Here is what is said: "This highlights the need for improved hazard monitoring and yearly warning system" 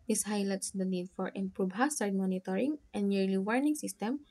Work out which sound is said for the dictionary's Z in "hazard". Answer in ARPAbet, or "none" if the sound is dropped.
S